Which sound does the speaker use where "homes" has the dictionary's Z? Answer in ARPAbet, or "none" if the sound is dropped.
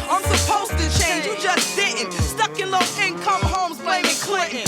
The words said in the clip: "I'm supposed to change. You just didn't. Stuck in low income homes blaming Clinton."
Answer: Z